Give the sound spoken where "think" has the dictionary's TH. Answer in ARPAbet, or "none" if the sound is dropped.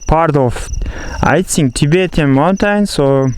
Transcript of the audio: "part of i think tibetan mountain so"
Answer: S